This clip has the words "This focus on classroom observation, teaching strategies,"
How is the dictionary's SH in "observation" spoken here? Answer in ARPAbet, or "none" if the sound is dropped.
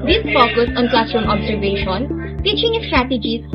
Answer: SH